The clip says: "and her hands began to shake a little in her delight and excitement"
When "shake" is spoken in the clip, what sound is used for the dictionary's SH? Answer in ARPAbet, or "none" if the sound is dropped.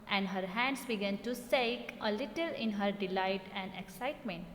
S